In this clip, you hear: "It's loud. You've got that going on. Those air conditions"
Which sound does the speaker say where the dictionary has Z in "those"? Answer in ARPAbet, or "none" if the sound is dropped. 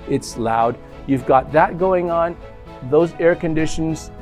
Z